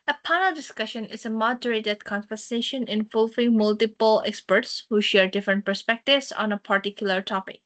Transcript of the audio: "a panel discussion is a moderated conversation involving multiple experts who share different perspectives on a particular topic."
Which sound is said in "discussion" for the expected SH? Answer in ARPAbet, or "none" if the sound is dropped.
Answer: SH